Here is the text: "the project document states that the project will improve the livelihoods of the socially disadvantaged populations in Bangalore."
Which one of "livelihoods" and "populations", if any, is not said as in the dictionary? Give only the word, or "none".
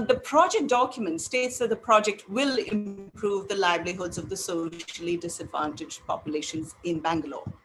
livelihoods